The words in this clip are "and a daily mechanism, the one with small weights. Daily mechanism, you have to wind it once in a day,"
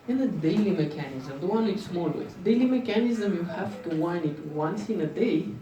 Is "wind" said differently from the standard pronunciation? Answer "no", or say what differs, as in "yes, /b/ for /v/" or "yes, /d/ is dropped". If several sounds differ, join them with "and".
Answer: yes, /d/ is dropped